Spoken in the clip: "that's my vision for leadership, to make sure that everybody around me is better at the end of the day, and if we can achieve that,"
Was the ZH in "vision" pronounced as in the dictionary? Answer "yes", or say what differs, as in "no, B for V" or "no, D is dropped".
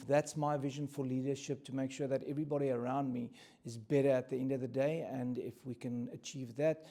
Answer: yes